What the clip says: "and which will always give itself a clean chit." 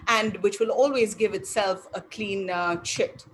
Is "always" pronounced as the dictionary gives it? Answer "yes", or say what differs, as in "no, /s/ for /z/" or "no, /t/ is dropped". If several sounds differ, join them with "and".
yes